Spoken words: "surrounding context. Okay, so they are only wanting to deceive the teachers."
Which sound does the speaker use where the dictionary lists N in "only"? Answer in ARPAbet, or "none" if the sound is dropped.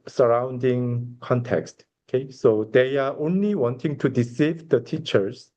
N